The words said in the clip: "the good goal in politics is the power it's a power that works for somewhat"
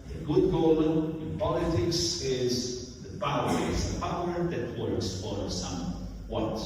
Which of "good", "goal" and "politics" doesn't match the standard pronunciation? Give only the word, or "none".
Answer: goal